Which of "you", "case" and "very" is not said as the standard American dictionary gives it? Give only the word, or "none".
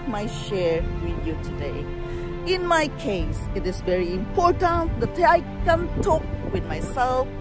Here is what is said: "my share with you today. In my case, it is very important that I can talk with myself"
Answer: none